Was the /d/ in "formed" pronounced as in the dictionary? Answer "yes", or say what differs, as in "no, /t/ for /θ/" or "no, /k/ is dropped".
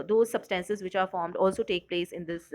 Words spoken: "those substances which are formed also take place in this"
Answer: yes